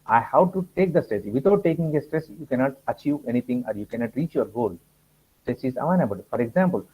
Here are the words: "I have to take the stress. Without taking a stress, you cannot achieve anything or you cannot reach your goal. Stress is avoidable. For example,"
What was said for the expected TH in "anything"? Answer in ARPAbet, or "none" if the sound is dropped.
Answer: T